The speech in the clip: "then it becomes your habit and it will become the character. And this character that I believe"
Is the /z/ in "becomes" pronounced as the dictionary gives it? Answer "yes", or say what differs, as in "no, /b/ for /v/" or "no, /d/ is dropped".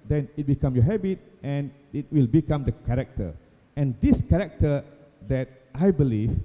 no, /z/ is dropped